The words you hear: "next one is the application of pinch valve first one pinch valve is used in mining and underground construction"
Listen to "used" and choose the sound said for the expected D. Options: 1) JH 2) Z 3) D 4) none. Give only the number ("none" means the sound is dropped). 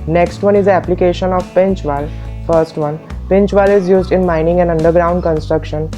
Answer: 3